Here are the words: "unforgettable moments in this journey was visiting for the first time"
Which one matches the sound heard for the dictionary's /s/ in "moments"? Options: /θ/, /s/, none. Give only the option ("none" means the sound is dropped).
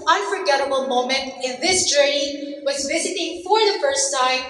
none